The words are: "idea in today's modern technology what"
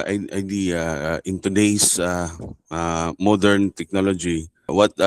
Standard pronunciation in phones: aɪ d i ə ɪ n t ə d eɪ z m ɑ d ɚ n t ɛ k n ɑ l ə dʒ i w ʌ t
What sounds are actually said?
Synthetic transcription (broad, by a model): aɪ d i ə ɪ n t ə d eɪ s m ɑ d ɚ n t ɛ k n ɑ l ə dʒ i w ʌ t